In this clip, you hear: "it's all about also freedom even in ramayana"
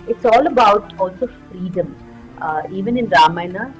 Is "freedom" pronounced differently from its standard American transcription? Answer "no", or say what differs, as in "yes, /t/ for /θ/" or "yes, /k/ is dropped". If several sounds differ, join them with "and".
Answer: no